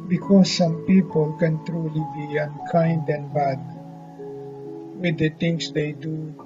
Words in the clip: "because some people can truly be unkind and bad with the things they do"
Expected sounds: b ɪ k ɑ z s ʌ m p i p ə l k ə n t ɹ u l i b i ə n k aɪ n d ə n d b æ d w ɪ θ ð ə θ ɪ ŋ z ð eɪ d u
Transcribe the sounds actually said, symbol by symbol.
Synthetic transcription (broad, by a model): b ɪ k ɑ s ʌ m p i p ə l k ə n t ɹ u l i b i ə n k aɪ n d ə n b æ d w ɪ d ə t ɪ ŋ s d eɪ d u